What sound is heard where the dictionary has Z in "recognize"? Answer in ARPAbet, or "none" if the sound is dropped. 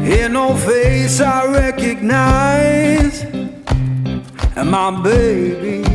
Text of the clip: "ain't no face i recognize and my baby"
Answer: none